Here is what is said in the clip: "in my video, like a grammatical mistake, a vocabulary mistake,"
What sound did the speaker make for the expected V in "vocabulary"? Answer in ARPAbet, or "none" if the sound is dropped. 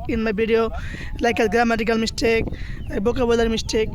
B